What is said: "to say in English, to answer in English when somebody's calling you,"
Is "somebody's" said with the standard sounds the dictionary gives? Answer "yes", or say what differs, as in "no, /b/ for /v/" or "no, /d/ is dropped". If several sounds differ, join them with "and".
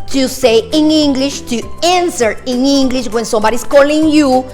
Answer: no, /s/ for /z/